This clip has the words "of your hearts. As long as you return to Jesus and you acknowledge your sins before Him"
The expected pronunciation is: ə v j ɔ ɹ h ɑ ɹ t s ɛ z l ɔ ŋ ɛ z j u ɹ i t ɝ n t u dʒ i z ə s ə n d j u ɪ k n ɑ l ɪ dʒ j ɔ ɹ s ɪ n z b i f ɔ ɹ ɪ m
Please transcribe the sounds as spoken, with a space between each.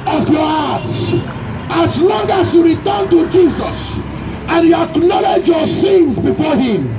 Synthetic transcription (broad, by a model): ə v j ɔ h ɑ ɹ t s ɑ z l ɔ ŋ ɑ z j u ɹ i t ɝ n t u dʒ i z ə s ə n j u ɪ k n ɑ l ɪ dʒ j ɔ s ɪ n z b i f ɔ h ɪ m